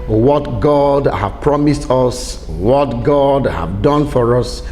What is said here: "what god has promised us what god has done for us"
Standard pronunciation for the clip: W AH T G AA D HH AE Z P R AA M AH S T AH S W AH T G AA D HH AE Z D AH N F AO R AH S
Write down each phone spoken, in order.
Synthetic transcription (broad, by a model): W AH T G AA D HH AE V P R AA M AH S T AH S W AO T G AA D HH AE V D AH N F AO R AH S